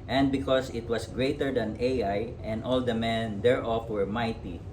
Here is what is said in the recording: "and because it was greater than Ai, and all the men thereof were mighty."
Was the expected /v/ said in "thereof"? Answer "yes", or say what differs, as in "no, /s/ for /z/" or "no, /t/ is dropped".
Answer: no, /f/ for /v/